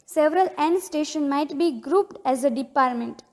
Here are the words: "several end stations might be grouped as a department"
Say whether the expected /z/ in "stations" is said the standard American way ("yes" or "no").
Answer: no